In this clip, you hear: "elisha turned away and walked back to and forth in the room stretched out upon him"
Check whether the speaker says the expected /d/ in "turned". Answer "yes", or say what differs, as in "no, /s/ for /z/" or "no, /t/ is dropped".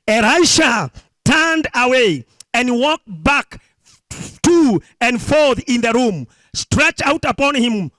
yes